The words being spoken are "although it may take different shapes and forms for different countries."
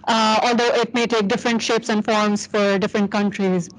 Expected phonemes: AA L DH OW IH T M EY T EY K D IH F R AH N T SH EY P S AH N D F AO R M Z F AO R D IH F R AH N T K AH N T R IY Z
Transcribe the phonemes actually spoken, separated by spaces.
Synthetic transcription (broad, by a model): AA L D OW IH T M EY T EY K D IH F R AH N T SH EY P S AH N D F AO R M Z F AO R D IH F R AH N T K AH N T R IY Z